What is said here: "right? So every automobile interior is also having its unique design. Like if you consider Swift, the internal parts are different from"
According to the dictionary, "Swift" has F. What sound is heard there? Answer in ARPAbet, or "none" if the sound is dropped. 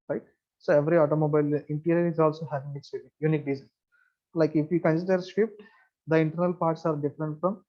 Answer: P